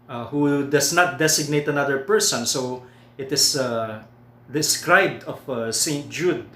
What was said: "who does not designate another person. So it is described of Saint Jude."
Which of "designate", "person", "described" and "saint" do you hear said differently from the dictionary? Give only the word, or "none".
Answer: designate